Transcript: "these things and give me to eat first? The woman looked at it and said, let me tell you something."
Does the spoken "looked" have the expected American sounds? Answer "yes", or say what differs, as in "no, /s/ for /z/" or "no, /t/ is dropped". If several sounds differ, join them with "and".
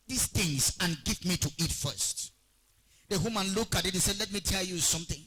no, /t/ is dropped